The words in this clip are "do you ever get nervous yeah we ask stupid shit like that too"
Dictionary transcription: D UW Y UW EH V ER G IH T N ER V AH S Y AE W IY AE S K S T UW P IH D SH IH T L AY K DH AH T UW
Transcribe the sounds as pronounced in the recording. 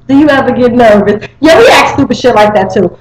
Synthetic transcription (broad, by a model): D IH Y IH EH V ER G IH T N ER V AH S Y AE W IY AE K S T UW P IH SH IH T L AY K DH AH T UW